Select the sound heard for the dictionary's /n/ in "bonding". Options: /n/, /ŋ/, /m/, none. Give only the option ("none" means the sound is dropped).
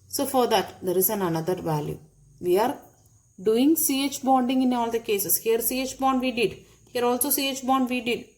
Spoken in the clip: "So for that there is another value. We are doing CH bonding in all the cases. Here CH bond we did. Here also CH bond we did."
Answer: /n/